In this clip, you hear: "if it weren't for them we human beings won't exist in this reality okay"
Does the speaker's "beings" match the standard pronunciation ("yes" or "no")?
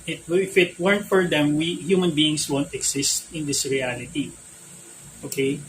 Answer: no